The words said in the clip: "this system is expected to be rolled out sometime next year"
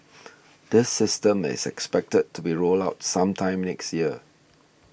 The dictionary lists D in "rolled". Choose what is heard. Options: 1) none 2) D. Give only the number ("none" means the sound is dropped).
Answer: 1